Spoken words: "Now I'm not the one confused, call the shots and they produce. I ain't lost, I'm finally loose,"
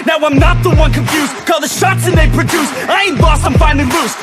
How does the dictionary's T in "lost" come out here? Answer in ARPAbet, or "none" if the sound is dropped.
none